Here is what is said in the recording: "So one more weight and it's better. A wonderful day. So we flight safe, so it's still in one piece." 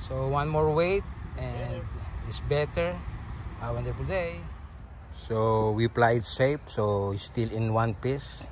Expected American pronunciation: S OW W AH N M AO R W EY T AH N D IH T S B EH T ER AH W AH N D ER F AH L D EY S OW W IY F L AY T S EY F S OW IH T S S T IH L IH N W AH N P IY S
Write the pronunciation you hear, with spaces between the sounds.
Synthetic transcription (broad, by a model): S OW W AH N M AO R W EY T AH N D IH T S B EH T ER AH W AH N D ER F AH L D EY S OW W IY P L AY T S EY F S OW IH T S S T IH L IH N W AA N P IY S